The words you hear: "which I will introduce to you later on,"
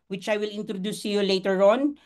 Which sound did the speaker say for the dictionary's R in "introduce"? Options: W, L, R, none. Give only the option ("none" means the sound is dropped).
R